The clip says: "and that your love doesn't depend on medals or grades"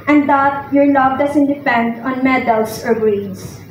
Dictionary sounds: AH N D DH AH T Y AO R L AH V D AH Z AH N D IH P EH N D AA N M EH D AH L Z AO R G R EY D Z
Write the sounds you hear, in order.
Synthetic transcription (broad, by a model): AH N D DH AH T Y AO R L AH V D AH S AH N D IH P EH N D AA N M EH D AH L S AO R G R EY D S